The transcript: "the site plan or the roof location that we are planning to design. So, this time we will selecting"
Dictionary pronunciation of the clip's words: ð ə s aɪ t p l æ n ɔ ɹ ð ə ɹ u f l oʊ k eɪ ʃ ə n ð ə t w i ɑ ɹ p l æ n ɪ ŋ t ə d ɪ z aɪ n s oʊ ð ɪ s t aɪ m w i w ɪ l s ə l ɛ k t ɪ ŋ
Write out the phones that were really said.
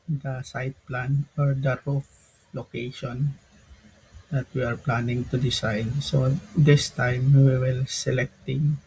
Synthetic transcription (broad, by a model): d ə s aɪ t p l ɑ n ɔ ɹ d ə ɹ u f l oʊ k eɪ ʃ ə n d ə t w i ɑ ɹ p l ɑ n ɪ ŋ t ə d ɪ s aɪ n s oʊ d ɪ s t aɪ m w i w ɪ l s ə l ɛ k t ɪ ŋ